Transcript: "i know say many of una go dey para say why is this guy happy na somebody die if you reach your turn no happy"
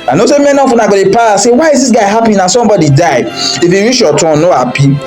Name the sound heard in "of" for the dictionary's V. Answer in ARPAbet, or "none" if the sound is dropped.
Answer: F